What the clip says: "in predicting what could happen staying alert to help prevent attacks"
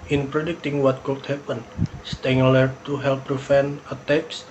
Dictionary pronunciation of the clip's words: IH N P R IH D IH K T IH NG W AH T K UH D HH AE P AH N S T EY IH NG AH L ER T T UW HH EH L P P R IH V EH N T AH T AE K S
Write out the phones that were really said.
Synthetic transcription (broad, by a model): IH N P R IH D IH K T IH NG W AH T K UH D HH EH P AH N S T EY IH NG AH L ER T T UW HH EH L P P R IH F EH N AH T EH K S